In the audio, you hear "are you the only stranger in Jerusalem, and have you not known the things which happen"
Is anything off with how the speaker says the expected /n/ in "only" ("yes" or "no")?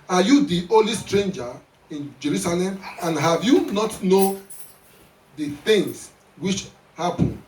yes